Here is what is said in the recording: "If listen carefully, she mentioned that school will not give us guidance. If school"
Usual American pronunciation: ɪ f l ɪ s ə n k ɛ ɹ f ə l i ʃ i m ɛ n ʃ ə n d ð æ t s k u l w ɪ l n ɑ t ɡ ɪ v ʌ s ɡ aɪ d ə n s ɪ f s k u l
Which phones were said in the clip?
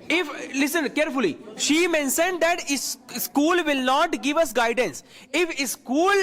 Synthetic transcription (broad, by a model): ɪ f l ɪ s ə n k ɛ ɹ f ə l i ʃ i m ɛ n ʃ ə n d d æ t s k u l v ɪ l n ɑ t ɡ ɪ v ʌ s ɡ aɪ d ə n s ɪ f s k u l